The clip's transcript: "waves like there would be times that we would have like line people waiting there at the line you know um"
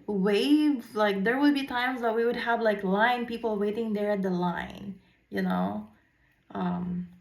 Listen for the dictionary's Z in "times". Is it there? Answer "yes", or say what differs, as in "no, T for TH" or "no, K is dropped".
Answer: yes